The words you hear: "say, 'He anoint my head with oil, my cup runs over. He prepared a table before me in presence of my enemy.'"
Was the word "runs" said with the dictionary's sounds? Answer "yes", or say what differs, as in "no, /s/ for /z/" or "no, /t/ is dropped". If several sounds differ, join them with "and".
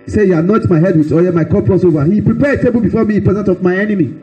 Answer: no, /s/ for /z/